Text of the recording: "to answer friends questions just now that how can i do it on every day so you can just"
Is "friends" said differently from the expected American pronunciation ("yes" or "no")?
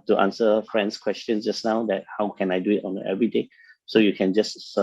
yes